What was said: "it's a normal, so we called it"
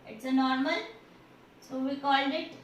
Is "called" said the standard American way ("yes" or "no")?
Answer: yes